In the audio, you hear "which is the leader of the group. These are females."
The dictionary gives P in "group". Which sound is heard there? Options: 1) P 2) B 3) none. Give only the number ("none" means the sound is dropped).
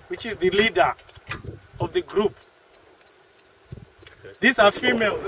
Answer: 1